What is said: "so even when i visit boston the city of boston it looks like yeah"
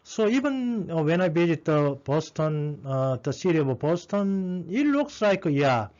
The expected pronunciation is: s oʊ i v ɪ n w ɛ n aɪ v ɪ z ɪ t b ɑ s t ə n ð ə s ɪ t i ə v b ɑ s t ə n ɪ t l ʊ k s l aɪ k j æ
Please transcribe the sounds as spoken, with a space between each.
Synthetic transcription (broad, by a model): s oʊ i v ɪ n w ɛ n aɪ b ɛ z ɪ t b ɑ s t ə n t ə s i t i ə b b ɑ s t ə n ɪ t l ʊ k s l aɪ k j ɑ